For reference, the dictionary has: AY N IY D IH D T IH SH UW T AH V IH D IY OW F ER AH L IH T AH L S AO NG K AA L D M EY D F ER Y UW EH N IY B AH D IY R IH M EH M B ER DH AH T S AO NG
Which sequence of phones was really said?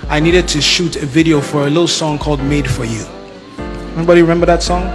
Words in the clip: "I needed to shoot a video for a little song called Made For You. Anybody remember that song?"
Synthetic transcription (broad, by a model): AY N IY D IH D T IH SH UW T AH V IH D IY OW F ER AH L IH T L S AO NG K AA L D M EY D F ER Y UW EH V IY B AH D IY R IH M EH M B ER DH AH T S AO NG